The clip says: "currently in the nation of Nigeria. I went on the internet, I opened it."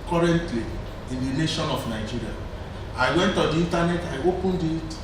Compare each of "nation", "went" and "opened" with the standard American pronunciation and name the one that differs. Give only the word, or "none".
none